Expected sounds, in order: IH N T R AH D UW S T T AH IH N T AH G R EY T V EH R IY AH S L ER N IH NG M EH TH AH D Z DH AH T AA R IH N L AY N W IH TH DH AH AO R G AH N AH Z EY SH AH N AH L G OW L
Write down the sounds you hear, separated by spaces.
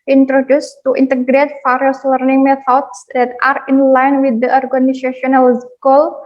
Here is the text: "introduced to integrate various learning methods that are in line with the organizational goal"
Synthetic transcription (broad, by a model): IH N T R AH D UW S T T AH N T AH G R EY T F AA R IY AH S L ER N IH NG M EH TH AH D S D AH T AA R IH N L AY N W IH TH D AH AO R G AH N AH S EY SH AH N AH L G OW L